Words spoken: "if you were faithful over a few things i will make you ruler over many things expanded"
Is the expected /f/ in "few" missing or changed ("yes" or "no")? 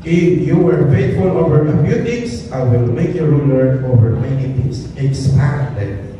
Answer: yes